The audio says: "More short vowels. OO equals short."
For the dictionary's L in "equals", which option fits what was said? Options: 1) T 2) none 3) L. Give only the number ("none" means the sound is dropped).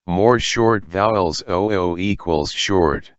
3